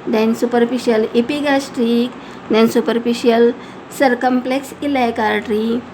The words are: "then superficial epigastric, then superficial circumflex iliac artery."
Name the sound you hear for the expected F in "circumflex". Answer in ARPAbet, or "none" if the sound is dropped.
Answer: P